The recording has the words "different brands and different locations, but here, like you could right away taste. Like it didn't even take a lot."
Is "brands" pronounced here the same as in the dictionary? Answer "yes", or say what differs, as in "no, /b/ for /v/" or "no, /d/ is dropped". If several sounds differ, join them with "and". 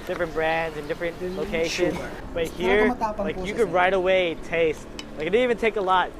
yes